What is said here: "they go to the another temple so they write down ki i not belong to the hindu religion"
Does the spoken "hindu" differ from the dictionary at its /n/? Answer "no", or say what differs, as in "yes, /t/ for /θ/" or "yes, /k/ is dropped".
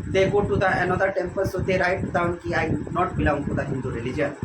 no